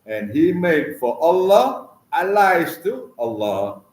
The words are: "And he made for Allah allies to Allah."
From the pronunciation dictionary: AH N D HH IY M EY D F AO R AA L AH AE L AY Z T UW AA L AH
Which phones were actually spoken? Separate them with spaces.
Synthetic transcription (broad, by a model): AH N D HH IY M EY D F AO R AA L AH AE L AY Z T UW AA L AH